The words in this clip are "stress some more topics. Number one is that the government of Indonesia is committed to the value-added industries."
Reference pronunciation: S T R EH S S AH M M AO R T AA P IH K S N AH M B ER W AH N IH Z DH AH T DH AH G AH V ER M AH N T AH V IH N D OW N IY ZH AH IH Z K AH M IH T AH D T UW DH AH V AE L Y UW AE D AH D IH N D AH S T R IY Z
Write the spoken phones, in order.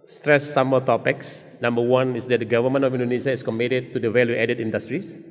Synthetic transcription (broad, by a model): S T R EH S S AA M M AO L T AA P IH K S N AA M B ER W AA N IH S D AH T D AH G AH V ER M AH N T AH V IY N D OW N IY SH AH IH S K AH M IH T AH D T UW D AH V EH L Y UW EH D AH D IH N D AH S T R IY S